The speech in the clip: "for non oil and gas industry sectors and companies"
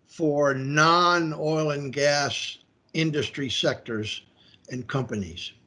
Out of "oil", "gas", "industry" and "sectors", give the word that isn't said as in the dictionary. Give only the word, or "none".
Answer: none